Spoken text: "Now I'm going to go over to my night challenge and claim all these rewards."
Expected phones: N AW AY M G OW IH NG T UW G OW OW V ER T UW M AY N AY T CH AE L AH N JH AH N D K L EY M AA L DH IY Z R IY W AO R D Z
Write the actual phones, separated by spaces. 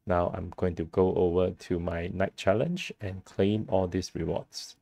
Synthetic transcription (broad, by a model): N AW AY M G OW IH NG T UW G OW OW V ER T UW M AY N AY T CH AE L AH N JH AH N K L EY M AA L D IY S R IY W AO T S